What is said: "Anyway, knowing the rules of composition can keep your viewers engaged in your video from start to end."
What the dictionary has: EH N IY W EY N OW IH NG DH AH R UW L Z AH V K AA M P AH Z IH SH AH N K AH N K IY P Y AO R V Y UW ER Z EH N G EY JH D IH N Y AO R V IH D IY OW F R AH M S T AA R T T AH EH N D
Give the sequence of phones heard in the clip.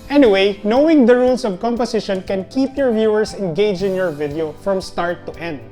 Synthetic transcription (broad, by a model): EH N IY W EY N OW IH NG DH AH R UW L S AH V K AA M P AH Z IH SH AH N K AH N K IY P Y AO R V Y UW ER S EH N G EY JH IH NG Y AO R V IH D IY OW F R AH M S T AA R T T EH N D